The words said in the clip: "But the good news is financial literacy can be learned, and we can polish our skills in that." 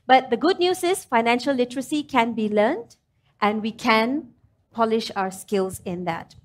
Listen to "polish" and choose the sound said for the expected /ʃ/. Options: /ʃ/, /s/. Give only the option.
/ʃ/